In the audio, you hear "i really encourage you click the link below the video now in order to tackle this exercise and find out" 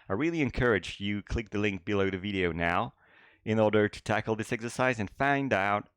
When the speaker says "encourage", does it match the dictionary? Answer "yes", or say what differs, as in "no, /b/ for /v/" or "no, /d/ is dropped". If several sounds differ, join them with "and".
yes